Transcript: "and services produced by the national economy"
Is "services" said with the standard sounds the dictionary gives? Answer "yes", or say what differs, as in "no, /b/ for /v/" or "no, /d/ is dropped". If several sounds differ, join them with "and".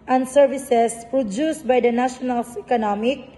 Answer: no, /s/ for /z/